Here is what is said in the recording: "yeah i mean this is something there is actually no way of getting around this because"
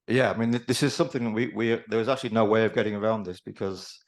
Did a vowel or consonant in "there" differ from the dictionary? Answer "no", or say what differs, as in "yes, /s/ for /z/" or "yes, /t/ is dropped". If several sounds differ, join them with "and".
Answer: yes, /w/ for /ɹ/